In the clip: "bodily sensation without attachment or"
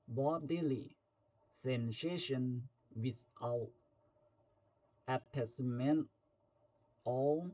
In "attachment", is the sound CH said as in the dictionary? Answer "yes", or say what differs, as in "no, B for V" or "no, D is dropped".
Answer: no, S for CH